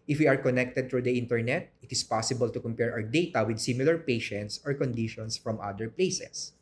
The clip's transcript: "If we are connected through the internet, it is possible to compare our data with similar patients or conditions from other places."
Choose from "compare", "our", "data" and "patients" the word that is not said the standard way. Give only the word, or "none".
our